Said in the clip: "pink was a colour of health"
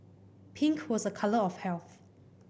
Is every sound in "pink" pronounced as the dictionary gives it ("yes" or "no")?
yes